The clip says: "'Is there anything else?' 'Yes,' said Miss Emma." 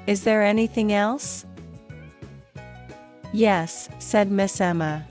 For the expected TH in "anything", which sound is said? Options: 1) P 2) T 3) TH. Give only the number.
3